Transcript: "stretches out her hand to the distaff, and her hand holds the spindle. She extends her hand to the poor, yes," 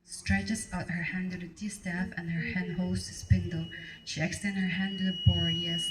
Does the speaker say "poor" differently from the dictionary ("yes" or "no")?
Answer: yes